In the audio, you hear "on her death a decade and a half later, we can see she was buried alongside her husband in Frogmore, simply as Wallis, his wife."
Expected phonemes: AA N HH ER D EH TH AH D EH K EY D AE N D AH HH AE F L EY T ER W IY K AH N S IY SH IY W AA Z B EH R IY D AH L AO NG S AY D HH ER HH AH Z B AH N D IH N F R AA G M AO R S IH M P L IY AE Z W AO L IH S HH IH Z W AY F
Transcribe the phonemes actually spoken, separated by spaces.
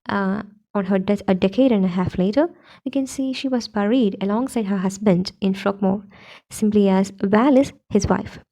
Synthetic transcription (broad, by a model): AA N HH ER D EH T AH D EH K EY D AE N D AH HH AE F L EY T ER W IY K AH N S IY SH IY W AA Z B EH R IY D AH L AO NG S AY D HH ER HH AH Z B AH N D IH N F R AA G M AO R S IH M P L IY AE Z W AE L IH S HH IH Z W AY F